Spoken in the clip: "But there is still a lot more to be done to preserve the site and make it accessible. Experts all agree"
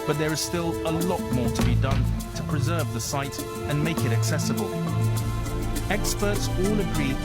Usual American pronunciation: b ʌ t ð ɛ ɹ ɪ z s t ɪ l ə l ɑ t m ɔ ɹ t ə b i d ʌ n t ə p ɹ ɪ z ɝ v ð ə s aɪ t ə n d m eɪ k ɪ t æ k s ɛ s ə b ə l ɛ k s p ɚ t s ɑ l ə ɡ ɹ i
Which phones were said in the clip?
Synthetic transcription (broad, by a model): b ʌ t ð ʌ ɹ ɪ z s t ɪ l ə l ɑ t m ɔ ɹ t ə b i d ʌ n t ə p ɹ ɪ z ɝ v ð ə s aɪ t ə n m eɪ k ɪ t æ k s ɛ s ə b ə l ɛ k s p ɚ t s ɑ l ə ɡ ɹ i